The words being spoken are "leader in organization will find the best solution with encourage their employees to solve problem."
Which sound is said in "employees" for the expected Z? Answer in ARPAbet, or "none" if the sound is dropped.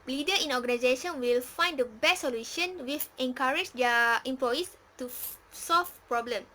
S